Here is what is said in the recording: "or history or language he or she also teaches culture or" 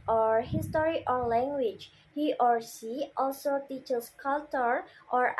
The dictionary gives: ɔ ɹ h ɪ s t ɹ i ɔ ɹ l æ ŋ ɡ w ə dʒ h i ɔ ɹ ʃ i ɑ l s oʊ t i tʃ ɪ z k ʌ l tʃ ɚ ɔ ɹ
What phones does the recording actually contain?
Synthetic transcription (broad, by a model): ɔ ɹ h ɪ s t ɹ i ɔ ɹ l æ ŋ ɡ w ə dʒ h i ɔ ɹ s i ɑ l s oʊ t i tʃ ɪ s k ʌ l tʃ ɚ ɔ ɹ